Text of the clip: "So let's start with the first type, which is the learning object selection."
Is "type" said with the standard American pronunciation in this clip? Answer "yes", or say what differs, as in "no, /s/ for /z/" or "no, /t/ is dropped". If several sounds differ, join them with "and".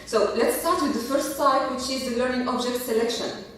no, /s/ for /t/